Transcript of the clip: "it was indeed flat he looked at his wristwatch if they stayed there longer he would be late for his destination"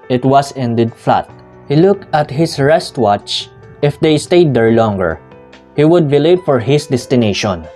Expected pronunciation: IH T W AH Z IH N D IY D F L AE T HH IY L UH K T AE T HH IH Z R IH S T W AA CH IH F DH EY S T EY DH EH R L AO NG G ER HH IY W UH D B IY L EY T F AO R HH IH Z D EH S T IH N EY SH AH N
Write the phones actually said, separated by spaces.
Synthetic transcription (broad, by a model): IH T W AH S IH N D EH D F L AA T HH IY L UH K T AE T HH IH S R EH S T W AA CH IH F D EY S T EY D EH R L AO NG G ER HH IY W UH D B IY L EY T F AO R HH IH S D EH S T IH N EY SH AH N